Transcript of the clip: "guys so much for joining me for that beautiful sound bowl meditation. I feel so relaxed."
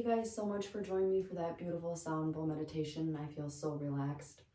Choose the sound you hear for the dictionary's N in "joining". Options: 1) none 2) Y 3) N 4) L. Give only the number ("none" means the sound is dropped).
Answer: 1